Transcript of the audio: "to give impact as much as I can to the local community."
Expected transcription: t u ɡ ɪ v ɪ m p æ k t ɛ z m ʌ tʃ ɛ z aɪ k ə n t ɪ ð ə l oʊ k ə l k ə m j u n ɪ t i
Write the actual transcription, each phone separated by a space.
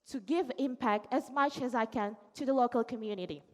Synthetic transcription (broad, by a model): t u ɡ ɪ v ɪ m p æ k t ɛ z m ʌ tʃ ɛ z aɪ k ə n t ɪ ð ə l oʊ k ə l k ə m j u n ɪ t i